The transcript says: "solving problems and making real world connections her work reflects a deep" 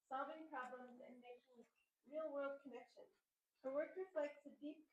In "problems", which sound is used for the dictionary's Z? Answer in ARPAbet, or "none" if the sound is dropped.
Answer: Z